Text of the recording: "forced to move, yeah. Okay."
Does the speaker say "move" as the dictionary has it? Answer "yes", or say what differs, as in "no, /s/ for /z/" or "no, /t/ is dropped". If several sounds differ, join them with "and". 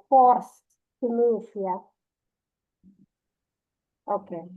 no, /f/ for /v/